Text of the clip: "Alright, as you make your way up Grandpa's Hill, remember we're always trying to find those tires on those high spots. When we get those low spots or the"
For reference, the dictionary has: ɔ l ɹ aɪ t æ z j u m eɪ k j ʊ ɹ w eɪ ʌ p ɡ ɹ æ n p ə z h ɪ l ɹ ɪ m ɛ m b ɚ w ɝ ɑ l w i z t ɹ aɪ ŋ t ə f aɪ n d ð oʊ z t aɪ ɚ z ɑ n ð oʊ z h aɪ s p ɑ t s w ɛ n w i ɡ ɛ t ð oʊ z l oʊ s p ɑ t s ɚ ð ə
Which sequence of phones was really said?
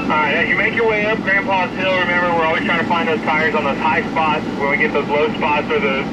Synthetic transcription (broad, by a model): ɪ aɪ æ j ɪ m eɪ k j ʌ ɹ w eɪ ʌ p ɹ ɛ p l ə s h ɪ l ɹ ɪ m ɛ m b ɚ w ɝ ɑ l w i t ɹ aɪ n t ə f aɪ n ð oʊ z t aɪ ɚ z n ð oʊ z h aɪ s p ɑ t s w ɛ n w i ɡ ɛ t ð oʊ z l oʊ s p ɑ t s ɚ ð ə